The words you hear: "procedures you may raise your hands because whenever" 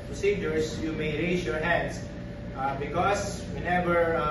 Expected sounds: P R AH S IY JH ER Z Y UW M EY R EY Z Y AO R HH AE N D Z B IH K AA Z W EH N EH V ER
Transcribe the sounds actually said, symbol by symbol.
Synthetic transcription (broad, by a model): P R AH S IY JH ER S Y UW M EY R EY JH Y AO R HH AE N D S B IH K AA S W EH N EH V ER